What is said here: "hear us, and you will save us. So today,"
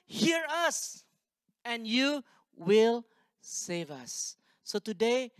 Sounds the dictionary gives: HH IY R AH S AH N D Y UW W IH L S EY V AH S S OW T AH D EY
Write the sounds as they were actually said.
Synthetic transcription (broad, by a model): HH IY R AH S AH N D Y UW W IH L S EY V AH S S OW T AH D EY